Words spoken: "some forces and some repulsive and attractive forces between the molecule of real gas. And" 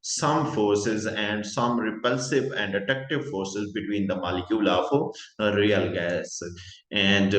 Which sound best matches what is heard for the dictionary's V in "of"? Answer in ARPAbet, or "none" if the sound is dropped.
F